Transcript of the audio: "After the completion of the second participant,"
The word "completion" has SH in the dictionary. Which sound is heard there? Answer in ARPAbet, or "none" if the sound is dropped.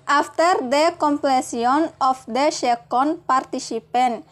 S